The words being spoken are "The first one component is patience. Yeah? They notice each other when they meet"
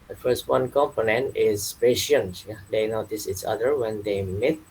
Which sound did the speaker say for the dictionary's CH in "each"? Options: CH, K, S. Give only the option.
S